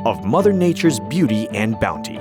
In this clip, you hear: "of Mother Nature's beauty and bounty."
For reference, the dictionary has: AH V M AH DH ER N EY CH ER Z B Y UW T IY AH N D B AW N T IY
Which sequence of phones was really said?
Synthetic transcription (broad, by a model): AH V M AH DH ER N EY CH ER Z B Y UW T IY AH N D B AW N T IY